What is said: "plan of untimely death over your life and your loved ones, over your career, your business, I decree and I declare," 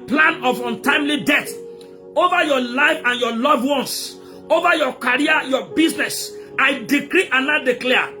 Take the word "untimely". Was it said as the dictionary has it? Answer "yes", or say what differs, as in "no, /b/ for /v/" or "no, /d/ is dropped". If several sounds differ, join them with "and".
yes